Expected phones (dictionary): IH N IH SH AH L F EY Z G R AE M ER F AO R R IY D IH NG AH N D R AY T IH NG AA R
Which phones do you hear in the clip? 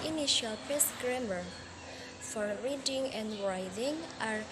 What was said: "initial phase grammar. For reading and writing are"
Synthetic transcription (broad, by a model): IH N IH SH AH L P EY S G R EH M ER F AO R R IY D IH NG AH N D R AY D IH NG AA R